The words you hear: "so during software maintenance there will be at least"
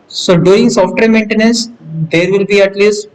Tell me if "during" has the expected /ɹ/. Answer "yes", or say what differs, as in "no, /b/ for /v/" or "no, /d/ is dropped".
no, /ɹ/ is dropped